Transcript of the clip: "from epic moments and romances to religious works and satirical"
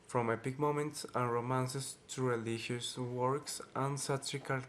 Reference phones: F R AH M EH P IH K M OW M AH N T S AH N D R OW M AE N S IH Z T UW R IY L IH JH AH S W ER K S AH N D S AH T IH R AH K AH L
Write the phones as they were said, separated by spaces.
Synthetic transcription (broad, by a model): F R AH M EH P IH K M OW M AH N T S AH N R OW M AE N S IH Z T UW R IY L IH SH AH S W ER K S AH N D S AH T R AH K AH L